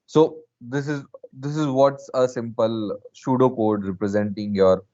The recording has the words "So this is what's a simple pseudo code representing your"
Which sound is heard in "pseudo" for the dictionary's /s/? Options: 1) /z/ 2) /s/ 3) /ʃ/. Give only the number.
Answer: 3